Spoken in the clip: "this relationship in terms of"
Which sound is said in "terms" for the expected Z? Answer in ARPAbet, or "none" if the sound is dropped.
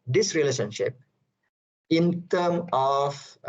none